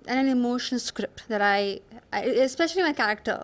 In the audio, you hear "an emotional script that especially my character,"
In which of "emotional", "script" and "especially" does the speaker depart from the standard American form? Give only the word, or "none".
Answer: emotional